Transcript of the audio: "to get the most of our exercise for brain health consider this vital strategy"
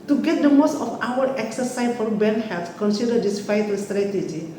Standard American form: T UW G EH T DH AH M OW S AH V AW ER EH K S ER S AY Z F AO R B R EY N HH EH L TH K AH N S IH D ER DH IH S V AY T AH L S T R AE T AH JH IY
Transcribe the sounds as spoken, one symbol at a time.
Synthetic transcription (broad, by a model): T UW G EH T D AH M OW S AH F AW ER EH K S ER S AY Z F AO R B EY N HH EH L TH K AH N S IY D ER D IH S F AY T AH S T R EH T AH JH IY